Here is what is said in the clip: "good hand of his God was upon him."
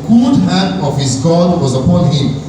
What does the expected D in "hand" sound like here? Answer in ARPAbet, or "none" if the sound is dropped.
none